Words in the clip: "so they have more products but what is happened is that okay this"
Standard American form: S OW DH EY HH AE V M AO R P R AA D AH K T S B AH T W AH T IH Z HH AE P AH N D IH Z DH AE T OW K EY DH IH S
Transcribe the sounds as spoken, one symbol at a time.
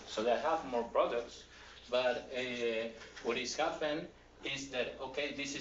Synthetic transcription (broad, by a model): S OW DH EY HH AE V M AO R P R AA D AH K T S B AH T W AH T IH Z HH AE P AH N IH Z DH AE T OW K EY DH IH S